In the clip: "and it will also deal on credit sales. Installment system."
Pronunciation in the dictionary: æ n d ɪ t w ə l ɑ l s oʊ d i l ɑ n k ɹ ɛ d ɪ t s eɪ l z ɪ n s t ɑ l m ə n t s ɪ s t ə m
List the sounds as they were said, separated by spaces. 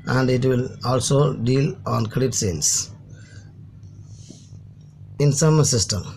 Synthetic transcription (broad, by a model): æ n d ɪ t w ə l ɑ l s oʊ d i l ɑ n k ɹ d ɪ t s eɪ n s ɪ n s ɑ m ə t s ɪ s t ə m